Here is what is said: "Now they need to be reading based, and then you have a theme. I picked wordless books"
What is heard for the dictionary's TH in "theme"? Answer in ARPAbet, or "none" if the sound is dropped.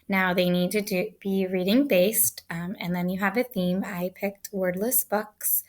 TH